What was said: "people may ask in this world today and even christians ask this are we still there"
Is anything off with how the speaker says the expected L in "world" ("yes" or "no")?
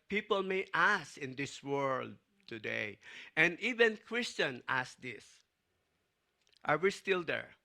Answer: no